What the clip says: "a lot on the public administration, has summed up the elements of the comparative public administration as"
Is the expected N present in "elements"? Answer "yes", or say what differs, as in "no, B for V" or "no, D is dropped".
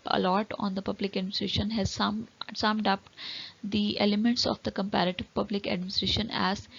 yes